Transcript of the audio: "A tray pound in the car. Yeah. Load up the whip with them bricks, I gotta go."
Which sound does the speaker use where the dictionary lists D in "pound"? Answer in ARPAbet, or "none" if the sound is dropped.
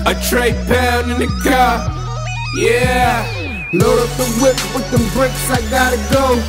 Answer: none